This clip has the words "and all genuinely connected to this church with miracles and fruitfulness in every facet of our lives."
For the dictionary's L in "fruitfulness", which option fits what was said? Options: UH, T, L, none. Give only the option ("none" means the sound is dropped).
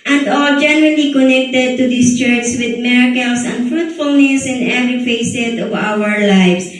L